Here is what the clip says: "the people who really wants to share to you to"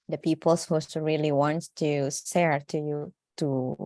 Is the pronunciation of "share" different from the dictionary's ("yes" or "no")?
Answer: yes